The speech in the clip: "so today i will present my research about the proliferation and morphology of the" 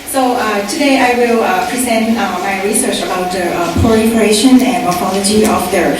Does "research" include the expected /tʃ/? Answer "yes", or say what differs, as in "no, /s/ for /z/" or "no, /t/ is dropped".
yes